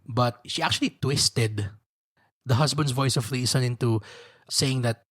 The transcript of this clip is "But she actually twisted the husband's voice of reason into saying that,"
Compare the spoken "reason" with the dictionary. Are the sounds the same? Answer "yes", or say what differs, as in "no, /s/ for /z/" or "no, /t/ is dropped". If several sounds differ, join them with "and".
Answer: no, /s/ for /z/